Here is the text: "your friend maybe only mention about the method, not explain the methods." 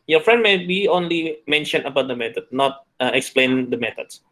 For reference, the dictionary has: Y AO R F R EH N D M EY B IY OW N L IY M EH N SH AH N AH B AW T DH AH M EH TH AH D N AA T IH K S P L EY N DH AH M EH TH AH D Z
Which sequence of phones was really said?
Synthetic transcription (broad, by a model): Y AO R F R EH N D M EY B IY OW N L IY M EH N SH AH N AH B AW T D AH M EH T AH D N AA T IH K S P L EY N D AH M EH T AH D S